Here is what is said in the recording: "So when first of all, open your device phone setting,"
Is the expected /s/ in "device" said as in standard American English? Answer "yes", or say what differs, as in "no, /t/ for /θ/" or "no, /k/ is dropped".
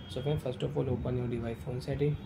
no, /s/ is dropped